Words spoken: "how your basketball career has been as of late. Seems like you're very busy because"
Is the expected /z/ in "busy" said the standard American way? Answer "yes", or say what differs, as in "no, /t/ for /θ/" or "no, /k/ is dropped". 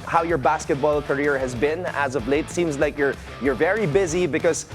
yes